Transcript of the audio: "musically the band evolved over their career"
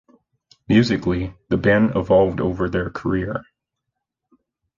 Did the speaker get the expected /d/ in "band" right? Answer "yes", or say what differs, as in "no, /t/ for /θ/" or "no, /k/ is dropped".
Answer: no, /d/ is dropped